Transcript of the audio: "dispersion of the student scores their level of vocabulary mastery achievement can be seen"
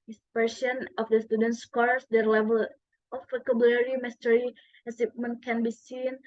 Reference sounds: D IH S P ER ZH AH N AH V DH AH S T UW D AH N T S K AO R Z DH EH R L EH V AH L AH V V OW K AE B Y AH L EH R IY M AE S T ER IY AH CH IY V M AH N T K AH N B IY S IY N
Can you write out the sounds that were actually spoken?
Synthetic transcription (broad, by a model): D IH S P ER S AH N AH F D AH S T UW D AH N T S K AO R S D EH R L EH V AH L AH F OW K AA B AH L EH R IY M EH S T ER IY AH S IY P M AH N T K AH N B IY S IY N